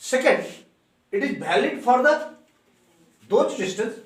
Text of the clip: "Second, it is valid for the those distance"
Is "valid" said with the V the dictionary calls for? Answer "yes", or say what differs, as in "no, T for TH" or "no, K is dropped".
no, B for V